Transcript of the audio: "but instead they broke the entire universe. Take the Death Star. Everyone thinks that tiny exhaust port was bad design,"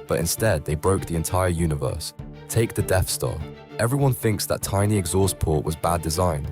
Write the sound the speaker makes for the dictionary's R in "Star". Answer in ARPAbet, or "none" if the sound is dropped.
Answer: L